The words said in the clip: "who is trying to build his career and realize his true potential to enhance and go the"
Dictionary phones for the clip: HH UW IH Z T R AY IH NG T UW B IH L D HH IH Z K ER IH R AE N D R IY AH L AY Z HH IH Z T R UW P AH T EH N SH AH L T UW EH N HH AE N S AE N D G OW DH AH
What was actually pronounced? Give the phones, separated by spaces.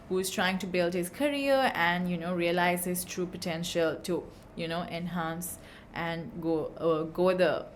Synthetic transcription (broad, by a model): HH UW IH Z T R AY IH NG T UW B IH L D HH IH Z K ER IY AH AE N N R IY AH L AY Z HH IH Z T R UW P AH T EH N SH AH L T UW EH N HH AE N S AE N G G OW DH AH